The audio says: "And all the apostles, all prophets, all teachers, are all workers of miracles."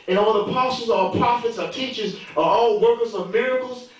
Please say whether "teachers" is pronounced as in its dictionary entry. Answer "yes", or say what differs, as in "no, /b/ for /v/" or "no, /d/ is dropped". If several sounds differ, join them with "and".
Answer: yes